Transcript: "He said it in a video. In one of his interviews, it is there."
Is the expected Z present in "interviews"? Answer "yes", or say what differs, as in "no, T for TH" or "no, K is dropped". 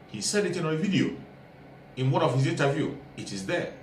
no, Z is dropped